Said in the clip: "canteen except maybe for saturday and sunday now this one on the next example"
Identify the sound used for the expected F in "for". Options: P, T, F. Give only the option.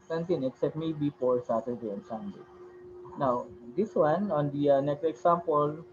P